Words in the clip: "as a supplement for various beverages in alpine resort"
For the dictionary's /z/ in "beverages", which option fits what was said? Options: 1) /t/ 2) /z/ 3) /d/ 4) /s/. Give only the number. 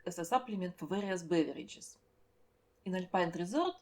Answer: 4